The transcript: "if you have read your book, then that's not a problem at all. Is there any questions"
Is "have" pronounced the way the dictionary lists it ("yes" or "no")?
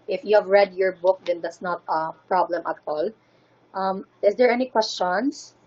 yes